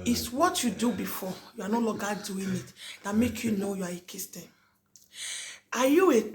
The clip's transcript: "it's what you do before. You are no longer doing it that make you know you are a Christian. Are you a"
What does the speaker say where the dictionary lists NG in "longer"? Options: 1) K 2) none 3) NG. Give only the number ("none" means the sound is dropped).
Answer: 2